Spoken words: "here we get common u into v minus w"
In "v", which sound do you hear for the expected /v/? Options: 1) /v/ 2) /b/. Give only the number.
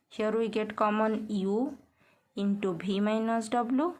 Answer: 2